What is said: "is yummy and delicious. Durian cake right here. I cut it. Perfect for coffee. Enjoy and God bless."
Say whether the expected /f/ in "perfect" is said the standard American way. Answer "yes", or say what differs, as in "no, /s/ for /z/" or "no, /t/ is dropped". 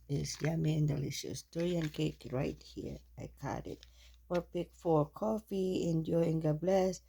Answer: no, /p/ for /f/